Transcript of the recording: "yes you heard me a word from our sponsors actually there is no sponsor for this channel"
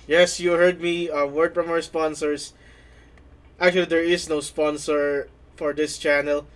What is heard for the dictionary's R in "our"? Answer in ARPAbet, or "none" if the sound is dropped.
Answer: W